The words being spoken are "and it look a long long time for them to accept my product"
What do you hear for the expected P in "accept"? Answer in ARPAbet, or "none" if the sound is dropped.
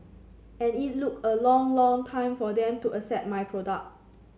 none